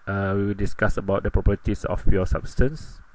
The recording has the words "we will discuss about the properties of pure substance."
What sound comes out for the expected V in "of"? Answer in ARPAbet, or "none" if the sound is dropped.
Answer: F